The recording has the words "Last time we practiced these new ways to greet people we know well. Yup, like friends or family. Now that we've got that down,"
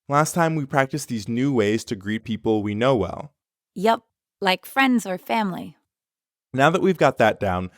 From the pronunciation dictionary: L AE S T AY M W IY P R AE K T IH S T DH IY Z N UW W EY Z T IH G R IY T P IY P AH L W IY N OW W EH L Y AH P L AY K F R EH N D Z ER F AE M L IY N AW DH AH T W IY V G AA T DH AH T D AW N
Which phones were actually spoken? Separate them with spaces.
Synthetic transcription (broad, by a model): L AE S T AY M W IY P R AE K T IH S DH IY Z N UW W EY Z T IH G R IY T P IY P L W IY N OW W EH L Y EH P L AY K F R EH N D Z ER F AE M L IY N AW DH AH T W IY V G AA T DH AH T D AW N